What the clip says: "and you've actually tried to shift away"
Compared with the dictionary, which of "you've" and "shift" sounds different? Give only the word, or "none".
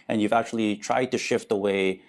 none